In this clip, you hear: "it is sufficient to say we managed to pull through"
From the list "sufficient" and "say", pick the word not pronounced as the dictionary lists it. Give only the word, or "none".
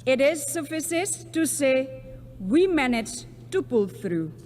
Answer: sufficient